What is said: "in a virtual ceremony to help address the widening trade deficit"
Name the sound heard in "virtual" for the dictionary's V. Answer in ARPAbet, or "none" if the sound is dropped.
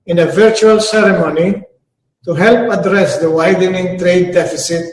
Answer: V